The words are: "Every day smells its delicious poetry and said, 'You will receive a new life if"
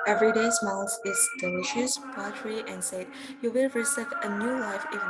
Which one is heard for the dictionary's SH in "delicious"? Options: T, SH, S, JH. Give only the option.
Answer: SH